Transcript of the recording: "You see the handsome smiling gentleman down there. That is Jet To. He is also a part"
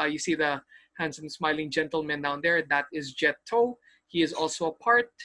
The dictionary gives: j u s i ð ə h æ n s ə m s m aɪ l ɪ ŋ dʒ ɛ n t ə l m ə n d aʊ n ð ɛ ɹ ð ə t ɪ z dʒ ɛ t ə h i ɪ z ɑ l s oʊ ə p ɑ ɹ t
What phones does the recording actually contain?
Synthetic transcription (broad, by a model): j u s i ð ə h æ n s ə m s m aɪ l ɪ ŋ dʒ ɛ n t ə l m ə n d aʊ n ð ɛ ɹ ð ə t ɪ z dʒ ɛ t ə h i ɪ z ɑ l s oʊ ə p ɑ ɹ t